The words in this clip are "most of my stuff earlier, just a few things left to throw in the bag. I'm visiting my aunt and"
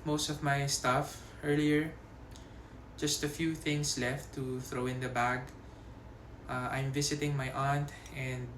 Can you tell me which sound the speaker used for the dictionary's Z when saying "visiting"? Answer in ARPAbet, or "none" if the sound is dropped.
S